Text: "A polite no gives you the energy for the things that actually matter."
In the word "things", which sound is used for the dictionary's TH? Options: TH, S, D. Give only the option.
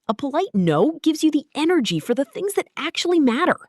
TH